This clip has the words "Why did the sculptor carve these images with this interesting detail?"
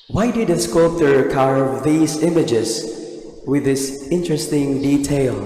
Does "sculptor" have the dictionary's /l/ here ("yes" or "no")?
no